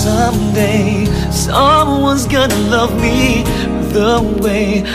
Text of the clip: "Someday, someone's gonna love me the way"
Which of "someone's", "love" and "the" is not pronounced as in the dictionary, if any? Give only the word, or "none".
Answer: none